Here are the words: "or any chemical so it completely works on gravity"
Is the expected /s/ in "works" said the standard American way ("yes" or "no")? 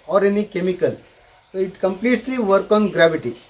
no